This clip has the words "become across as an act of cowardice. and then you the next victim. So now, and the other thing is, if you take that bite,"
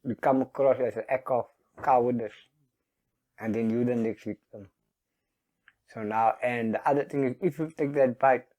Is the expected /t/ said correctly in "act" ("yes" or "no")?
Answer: no